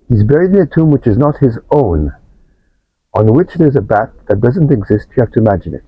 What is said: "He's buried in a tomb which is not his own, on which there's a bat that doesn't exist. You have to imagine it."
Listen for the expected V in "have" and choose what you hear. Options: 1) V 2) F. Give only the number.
2